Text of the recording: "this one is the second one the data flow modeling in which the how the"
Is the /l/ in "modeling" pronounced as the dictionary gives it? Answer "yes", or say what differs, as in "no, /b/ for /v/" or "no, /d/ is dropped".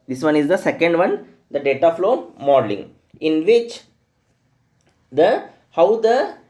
yes